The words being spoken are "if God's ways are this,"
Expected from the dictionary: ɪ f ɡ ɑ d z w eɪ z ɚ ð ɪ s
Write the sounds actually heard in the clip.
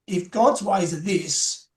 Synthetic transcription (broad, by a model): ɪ f ɡ ɑ d z w eɪ z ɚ ð ɪ s